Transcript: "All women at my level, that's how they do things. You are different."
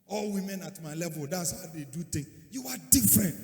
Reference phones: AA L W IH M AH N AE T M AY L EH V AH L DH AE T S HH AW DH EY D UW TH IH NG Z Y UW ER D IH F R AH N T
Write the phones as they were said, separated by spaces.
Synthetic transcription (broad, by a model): AA L W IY M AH N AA T M AY L EH V AH L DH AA T S HH AW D EY D UW T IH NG Y UW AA D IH F R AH N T